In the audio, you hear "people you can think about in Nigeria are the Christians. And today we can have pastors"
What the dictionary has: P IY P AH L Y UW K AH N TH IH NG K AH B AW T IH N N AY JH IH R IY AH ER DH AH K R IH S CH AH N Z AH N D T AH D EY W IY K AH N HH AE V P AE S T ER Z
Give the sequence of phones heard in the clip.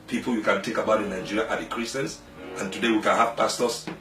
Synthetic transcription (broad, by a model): P IY P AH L Y UW K AH N T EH K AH B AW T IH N N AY JH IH R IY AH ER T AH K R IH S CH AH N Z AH N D T AH D EY W IY K AH N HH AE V P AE S T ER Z